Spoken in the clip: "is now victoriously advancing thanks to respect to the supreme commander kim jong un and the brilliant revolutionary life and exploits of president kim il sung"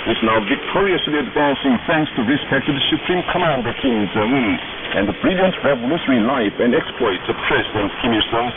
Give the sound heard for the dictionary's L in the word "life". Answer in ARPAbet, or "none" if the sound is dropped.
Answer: L